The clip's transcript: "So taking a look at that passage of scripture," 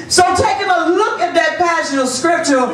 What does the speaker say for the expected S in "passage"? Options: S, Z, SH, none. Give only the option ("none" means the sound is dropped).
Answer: SH